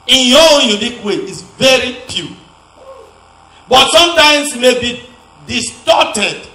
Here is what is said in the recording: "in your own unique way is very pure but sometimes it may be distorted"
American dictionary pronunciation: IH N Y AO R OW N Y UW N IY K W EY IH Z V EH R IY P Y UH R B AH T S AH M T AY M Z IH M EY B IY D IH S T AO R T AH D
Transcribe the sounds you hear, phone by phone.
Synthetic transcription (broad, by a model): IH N Y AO OW N Y UW N IY K W EY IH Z V EH R IY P Y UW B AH T S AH M T AY M S IH M EY B IY D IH S T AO T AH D